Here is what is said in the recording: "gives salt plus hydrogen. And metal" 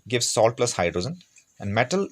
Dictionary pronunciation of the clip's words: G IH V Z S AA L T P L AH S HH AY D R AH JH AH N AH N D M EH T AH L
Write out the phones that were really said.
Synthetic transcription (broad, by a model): G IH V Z S AA L T P L AH S HH AY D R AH Z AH N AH N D M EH T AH L